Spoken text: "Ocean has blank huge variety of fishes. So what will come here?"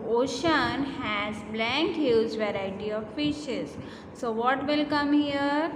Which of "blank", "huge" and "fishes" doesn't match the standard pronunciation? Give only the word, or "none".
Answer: huge